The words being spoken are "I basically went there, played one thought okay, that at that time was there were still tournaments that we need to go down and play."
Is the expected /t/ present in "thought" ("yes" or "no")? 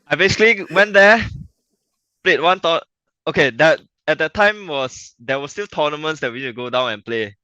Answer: no